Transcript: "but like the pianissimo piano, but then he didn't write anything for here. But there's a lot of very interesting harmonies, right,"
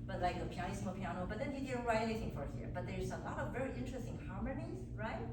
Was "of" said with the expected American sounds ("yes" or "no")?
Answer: yes